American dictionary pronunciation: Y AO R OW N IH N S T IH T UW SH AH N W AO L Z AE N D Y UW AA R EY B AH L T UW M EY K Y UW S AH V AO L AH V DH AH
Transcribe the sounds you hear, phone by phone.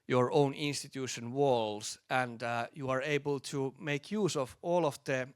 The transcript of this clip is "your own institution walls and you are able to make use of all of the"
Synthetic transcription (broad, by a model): Y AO R OW N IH N S T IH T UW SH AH N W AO L S AE N D Y UW AA R EY B AH L T UW M EY K Y UW S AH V AO L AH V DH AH